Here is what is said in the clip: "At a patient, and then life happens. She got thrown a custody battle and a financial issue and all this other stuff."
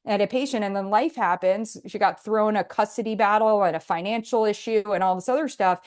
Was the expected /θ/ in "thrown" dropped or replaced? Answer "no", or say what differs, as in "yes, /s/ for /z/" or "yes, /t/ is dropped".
no